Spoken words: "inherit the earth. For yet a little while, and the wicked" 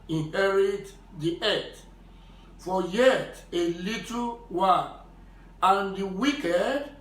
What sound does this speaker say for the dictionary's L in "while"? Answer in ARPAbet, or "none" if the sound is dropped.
N